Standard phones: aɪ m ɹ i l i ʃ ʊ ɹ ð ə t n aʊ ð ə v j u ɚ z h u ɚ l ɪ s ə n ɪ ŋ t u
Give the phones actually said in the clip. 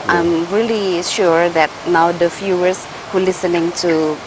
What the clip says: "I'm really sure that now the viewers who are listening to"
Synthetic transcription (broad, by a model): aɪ m ɹ i l i ʃ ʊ ɹ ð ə t n aʊ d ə f j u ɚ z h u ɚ l ɪ s ə n ɪ ŋ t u